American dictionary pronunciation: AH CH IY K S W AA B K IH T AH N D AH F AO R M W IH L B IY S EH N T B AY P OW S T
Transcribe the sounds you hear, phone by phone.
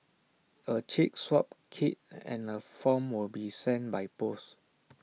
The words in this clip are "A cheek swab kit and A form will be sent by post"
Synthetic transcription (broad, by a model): AH CH IY K S W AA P K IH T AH N AH F AO M W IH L B IY S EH N B AY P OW S